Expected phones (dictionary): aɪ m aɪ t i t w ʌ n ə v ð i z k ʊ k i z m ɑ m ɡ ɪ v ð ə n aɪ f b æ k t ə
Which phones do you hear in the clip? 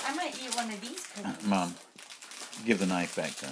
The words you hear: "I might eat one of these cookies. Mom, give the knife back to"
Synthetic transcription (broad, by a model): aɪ m aɪ t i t w ʌ n ə v ð i z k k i m ɑ m ɡ ɪ v ð ə n aɪ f b æ k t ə